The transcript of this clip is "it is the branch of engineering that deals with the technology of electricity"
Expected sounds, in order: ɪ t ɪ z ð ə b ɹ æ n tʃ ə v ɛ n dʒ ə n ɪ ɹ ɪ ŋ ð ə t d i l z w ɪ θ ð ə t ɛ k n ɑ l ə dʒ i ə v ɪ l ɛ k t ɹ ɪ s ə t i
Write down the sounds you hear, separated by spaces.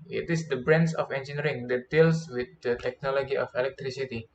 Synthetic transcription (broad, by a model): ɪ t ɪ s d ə b ɹ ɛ n s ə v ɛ n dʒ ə n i ɹ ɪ ŋ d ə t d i l s w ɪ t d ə t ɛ k n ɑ l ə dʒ i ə f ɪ l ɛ k t ɹ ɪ s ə t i